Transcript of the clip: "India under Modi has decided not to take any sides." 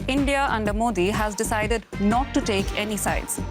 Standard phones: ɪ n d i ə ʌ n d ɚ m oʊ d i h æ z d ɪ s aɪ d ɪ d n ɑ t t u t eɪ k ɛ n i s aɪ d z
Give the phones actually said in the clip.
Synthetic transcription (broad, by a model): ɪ n d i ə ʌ n d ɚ m oʊ d i h æ z d ɪ s aɪ d ɪ d n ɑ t t u t eɪ k ɛ n i s aɪ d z